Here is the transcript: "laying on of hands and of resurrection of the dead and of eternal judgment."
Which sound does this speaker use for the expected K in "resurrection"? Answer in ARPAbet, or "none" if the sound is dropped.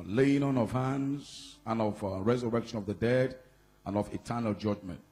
K